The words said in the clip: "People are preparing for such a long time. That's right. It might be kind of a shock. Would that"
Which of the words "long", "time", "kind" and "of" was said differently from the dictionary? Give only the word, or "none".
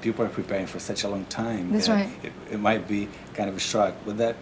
none